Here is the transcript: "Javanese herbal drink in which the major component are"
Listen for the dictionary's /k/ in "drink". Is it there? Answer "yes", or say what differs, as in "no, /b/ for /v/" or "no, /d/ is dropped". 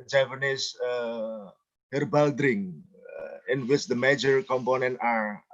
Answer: no, /k/ is dropped